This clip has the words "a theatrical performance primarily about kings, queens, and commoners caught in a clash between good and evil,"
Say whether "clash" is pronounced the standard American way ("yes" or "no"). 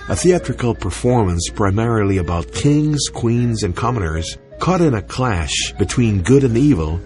yes